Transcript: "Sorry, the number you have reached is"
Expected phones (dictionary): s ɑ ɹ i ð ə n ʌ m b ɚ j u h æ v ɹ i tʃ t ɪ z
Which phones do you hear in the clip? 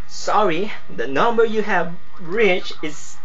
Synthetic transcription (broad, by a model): s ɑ ɹ i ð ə n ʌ m b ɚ j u h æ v ɹ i tʃ ɪ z